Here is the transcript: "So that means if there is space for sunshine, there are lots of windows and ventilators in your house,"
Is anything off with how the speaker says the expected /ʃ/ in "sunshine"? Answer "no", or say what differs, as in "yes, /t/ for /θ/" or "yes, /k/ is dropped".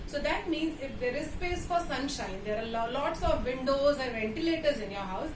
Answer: no